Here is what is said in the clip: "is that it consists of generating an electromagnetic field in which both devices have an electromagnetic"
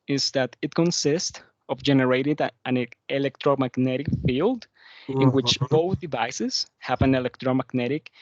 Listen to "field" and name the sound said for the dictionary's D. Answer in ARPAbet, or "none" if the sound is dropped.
D